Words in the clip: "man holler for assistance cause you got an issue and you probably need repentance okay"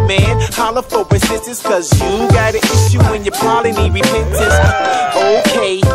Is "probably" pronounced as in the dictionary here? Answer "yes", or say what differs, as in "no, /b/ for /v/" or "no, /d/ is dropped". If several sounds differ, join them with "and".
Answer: no, /b/ is dropped